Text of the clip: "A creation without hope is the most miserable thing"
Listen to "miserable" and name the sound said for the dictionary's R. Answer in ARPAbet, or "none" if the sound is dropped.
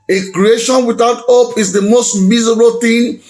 none